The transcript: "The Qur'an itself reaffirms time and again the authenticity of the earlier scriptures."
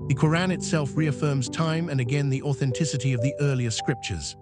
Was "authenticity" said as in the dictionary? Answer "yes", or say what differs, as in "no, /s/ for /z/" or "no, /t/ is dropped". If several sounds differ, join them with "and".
yes